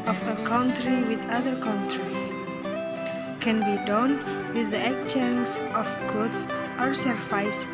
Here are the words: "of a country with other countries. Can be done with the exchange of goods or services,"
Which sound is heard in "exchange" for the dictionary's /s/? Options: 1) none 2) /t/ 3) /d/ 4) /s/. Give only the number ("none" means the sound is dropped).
1